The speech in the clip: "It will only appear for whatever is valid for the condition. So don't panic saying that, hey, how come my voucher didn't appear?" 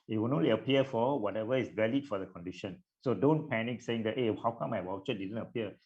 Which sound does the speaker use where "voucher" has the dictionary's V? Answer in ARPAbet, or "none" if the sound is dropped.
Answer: W